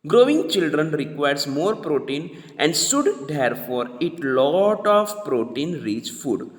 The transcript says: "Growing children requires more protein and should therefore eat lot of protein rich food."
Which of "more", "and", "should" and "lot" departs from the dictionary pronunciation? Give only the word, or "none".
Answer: should